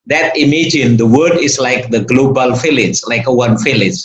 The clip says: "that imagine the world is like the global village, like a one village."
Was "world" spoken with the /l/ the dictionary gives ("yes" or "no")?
no